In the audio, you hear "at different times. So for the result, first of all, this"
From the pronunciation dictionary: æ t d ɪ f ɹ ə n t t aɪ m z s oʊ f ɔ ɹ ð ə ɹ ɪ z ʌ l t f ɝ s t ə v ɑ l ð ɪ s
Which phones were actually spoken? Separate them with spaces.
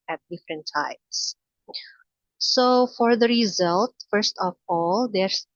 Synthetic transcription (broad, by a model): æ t d ɪ f ɹ ə n t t aɪ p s s oʊ f ɔ ɹ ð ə ɹ ɪ z ʌ l t f ɝ s t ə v ɑ l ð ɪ s